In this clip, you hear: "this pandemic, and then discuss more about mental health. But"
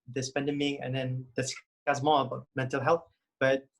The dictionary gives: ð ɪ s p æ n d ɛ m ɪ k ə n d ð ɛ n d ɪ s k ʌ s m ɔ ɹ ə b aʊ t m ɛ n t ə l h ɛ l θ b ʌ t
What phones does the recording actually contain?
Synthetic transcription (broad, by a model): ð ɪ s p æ n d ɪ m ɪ ə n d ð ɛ n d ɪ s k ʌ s m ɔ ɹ ə b aʊ t m ɛ n t ə l h ɛ l θ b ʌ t